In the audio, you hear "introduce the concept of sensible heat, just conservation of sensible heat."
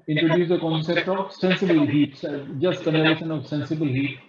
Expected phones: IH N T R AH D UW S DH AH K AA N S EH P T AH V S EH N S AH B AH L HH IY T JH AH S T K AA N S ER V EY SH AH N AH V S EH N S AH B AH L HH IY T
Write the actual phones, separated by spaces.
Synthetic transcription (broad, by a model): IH N T R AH D UW S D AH K AA N S EH P T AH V S EH N S AH B AH L HH IY T JH AH S T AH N ER EY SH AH N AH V S EH N S AH B AH L HH IY T